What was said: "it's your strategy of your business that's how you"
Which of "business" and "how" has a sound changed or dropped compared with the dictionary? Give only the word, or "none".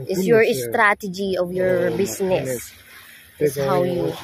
business